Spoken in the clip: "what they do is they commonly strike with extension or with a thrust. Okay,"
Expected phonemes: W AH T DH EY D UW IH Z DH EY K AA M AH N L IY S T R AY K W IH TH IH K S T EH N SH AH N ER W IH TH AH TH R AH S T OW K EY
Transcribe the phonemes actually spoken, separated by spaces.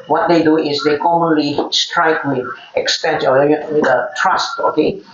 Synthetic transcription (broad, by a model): W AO T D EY D UW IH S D EY K AA M AH N L IY S T R AY K W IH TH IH K S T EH N S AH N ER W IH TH AH T R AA S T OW K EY